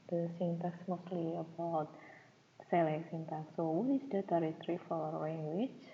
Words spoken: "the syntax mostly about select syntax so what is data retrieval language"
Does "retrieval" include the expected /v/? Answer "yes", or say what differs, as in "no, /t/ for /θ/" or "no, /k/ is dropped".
no, /f/ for /v/